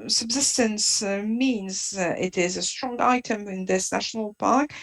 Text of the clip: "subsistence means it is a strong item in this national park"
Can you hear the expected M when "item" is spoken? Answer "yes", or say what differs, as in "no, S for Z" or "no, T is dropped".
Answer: yes